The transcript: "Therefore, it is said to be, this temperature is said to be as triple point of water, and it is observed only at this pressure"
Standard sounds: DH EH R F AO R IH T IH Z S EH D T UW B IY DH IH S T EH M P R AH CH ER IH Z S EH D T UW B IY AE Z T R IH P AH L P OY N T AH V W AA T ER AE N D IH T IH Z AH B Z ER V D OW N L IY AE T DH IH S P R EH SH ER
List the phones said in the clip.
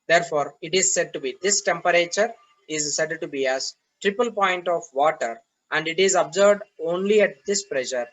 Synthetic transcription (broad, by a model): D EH R F AO R IH T IH Z S EH D T UW B IY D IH S T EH M P R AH CH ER IH Z S EH D T UW B IY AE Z T R IH P AH L P OY N T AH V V AA T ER AE N D IH T IH Z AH B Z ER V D OW N L IY AE T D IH S P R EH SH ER